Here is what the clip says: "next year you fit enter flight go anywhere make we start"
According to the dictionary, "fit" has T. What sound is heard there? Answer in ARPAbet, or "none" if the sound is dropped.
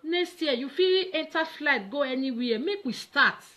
none